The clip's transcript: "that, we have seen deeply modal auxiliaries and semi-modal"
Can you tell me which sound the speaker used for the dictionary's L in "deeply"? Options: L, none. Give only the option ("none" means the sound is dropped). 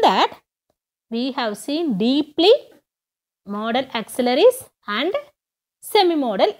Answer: L